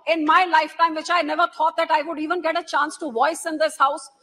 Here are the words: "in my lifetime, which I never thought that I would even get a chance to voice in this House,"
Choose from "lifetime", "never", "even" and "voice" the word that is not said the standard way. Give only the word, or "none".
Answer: none